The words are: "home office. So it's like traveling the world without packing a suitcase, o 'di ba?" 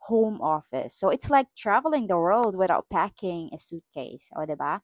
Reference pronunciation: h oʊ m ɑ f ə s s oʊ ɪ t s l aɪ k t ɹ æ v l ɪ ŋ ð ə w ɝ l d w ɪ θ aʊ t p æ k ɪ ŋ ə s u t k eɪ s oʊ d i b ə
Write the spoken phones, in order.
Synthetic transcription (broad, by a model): h oʊ m ɑ f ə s s oʊ ɪ t s l aɪ k t ɹ æ v l ɪ ŋ ð ə w ɝ l d w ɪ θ aʊ t p æ k ɪ ŋ ə s u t k eɪ s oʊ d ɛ b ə